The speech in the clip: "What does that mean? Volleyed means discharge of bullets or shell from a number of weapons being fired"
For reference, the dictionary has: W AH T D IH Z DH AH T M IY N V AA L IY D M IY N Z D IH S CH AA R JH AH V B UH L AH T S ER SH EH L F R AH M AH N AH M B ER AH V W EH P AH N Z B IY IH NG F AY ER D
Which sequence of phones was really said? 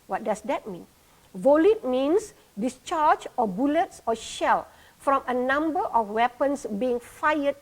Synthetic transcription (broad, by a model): W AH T D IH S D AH T M IY N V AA L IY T M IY N S D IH S CH AA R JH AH B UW L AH T S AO SH EH L F R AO M AH N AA M B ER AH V W EH P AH N S B IY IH NG F AY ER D